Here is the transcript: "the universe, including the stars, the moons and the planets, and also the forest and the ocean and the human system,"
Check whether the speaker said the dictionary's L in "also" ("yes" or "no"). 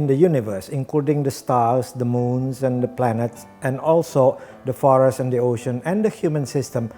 yes